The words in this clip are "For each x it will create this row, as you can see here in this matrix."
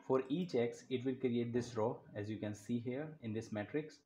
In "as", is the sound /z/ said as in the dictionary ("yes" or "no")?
yes